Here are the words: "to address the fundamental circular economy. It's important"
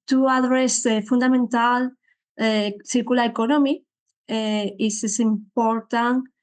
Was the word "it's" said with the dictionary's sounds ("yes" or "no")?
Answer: no